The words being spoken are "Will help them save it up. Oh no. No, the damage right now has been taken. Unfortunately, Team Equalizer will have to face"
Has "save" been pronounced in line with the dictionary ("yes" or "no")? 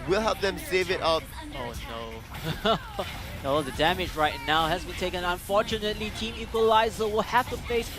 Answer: yes